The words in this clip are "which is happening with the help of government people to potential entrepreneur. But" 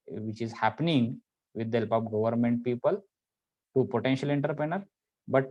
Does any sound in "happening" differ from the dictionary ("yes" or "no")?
no